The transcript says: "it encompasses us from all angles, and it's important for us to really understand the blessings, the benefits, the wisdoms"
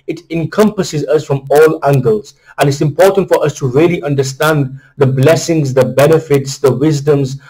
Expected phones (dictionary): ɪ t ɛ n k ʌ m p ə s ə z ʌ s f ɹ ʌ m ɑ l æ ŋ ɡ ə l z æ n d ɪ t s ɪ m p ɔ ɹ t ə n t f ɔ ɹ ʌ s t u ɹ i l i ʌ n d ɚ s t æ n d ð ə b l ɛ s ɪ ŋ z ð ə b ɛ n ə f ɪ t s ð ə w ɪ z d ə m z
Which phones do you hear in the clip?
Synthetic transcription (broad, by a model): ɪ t ɛ n k ʌ m p ə s ə z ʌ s f ɹ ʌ m ɑ l æ ŋ ɡ ə l z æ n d ɪ t s ɪ m p ɔ ɹ t ə n t f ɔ ɹ ʌ s t u ɹ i l i ʌ n d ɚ s t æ n d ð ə b l ɛ s ɪ ŋ z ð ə b ɛ n ə f ɪ t s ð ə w ɪ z d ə m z